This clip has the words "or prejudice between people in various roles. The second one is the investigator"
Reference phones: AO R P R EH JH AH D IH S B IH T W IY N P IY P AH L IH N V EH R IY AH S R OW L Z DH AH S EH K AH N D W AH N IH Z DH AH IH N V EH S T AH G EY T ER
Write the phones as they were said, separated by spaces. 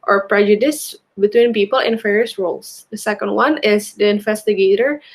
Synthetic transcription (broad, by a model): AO R P R EH JH AH D IH S B IH T W IY N P IY P AH L IH N F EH R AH S R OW L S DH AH S EH K AH N D W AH N IH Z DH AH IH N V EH S T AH G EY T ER